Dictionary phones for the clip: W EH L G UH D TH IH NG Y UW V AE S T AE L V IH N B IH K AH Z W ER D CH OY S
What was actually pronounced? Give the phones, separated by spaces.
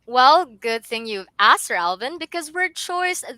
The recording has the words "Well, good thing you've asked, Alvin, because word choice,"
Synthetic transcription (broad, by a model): W EH L G UH D TH IH NG Y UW V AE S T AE L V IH N B IH K AH Z W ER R CH OY S